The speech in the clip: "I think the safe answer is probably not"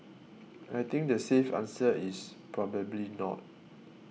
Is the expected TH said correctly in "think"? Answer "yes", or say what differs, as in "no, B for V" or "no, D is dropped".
no, T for TH